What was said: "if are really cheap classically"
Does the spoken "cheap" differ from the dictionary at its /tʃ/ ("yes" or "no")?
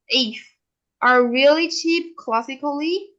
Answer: no